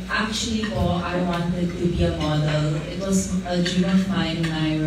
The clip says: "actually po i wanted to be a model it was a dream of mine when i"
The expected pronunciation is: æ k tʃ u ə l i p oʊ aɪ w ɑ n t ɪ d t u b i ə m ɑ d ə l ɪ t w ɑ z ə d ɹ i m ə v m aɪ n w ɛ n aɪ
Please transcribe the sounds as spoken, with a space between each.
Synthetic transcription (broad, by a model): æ k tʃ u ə l i f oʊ aɪ w ɑ n t ɪ d t u b i ə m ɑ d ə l ɪ t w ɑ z ə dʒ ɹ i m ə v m aɪ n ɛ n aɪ